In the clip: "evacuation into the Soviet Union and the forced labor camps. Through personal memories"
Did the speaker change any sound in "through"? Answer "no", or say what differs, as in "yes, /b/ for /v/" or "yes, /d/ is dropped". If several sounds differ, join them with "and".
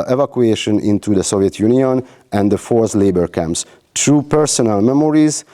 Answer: yes, /t/ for /θ/